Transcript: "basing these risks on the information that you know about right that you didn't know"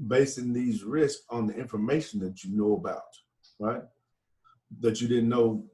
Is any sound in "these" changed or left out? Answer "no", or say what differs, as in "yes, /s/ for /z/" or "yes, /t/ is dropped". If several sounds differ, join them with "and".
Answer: no